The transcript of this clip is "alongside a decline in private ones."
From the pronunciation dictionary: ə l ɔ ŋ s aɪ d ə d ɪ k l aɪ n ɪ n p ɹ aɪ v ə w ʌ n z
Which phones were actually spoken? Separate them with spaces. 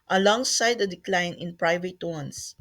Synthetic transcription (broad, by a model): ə l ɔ ŋ s aɪ d ə d ɪ k l aɪ n ɪ n p ɹ aɪ v ə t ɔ n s